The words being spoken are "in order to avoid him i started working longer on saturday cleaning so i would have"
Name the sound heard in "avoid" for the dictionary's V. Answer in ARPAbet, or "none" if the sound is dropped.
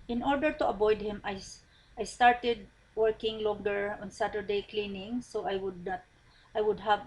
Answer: B